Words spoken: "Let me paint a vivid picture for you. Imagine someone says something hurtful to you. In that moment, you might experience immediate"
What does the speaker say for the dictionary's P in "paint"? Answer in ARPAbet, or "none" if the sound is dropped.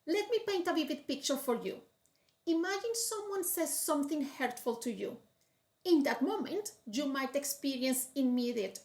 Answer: P